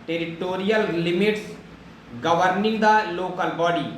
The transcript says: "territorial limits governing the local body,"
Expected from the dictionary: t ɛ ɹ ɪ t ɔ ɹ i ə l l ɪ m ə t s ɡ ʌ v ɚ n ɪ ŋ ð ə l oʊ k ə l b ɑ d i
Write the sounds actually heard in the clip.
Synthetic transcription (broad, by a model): t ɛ ɹ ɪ t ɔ ɹ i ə l l ɪ m ə t s ɡ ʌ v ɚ n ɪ ŋ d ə l oʊ k ə l b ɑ d i